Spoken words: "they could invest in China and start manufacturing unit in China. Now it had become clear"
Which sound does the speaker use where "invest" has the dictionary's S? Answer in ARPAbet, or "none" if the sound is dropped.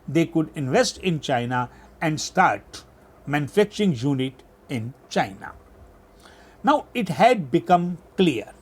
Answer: S